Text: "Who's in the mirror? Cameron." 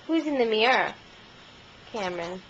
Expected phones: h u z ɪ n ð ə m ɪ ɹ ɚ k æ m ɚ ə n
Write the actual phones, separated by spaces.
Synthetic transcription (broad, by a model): h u z ɪ n ð ə m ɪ ɚ k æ m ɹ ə n